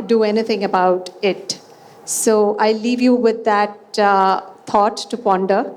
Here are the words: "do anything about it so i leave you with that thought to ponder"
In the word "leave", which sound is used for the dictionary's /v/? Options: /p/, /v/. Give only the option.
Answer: /v/